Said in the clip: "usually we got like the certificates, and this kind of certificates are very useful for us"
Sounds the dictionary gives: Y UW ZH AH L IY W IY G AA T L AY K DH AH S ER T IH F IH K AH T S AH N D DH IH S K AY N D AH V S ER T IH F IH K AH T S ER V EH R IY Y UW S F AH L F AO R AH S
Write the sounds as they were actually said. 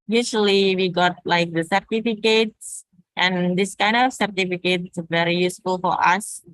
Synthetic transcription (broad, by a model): Y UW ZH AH L IY W IY G AA T L AY K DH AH S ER T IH F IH K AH T S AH N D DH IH S K AY N D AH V S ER T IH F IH K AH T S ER V EH R IY Y UW S F AH L F AO R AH S